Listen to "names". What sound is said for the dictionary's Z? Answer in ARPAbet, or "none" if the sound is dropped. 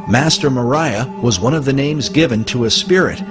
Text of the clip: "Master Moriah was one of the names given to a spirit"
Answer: Z